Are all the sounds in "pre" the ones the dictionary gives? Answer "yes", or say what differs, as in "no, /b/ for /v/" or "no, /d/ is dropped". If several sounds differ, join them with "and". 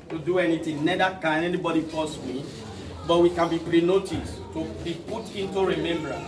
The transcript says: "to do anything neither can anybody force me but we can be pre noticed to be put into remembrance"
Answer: yes